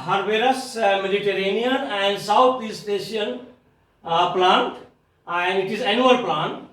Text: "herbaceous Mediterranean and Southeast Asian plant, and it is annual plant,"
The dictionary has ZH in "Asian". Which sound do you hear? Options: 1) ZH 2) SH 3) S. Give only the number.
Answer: 2